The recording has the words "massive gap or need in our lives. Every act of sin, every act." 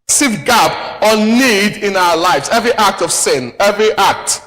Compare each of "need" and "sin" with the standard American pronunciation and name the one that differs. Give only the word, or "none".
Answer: none